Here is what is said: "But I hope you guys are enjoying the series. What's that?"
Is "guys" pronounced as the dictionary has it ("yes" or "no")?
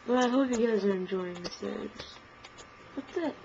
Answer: yes